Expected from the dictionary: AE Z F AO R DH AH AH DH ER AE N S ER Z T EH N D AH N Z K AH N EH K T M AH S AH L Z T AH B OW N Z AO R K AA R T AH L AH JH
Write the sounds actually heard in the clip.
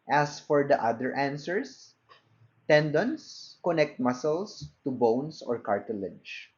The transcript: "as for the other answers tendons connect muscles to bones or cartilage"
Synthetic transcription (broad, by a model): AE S F AO R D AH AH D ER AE N S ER S T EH N D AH N S K AH N EH K T M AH S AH L S T AH B OW N S AO R K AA R T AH L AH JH